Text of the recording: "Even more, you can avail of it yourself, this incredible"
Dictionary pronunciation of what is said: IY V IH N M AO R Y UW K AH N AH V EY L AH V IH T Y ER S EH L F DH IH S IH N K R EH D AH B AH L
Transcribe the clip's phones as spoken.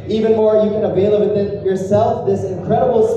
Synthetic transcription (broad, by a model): IY V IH N M AO R Y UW K AH N AH V EY L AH B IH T Y ER S EH L F DH IH S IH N K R EH D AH B L